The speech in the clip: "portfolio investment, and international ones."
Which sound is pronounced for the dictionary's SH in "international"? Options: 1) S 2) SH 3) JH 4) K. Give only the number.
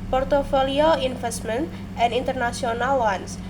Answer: 1